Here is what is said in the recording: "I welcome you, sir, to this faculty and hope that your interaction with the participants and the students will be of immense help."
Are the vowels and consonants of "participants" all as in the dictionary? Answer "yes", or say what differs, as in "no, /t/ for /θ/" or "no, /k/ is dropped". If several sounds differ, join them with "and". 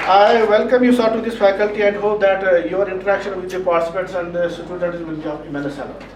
no, /n/ is dropped